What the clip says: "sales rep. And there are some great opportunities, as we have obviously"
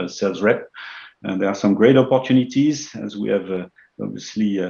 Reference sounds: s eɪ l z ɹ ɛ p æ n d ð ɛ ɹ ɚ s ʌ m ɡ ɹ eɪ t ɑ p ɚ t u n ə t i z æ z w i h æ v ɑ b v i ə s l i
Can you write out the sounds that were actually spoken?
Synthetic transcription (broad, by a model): s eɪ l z ɹ ɛ p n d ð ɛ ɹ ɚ s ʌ m ɡ ɹ eɪ t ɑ p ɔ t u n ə t i z æ z w i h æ v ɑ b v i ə s l i